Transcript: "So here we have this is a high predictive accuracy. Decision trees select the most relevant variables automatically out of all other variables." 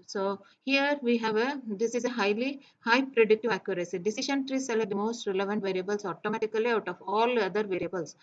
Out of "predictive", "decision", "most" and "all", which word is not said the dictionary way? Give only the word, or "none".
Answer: decision